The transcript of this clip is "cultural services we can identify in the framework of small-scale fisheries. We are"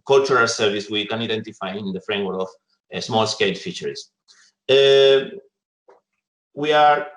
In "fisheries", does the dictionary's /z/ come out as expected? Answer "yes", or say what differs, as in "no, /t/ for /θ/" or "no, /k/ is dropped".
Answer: no, /z/ is dropped